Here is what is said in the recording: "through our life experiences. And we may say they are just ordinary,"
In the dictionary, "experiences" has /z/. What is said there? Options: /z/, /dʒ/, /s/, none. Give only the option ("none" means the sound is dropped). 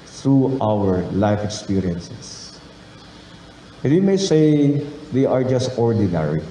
/s/